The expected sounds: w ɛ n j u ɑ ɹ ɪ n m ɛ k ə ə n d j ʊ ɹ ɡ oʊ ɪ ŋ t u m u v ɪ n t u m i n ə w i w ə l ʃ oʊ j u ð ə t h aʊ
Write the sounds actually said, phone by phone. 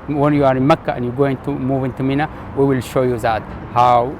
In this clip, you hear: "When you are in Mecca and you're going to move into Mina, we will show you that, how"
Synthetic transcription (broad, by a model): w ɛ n j u ɑ ɹ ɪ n m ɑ k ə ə n j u ɡ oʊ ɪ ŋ t u m u v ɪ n t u m i n ə w i w ə l ʃ oʊ j u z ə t h aʊ